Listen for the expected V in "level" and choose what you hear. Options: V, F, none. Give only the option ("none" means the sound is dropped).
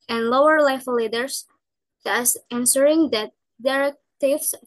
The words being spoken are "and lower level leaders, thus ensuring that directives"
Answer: none